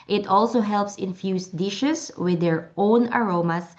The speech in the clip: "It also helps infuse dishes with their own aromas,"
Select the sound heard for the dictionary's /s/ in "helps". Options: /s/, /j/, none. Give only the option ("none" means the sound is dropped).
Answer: /s/